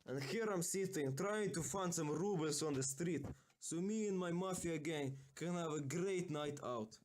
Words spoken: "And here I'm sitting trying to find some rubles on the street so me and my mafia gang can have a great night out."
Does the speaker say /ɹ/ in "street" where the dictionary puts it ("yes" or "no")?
yes